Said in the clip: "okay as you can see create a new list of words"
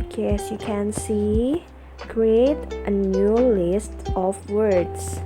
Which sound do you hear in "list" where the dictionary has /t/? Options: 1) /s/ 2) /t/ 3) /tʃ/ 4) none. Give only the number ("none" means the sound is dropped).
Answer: 2